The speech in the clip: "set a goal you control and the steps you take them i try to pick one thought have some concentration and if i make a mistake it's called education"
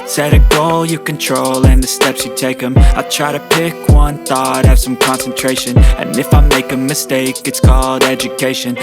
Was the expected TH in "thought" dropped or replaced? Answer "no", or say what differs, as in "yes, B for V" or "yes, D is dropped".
no